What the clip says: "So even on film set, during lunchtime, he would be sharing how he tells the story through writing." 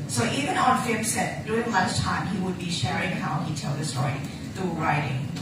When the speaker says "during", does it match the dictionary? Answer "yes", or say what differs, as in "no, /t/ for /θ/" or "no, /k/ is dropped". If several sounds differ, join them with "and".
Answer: no, /ɹ/ is dropped